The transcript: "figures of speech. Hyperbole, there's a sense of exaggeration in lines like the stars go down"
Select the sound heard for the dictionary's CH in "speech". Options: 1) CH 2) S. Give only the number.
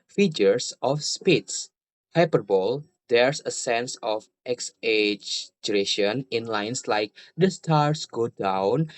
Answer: 2